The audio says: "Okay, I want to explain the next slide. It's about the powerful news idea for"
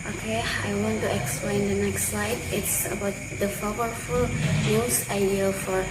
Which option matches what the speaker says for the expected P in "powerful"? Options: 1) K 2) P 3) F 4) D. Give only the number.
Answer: 3